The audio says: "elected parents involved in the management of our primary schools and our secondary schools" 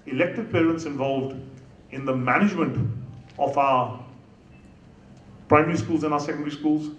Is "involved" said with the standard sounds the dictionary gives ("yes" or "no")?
yes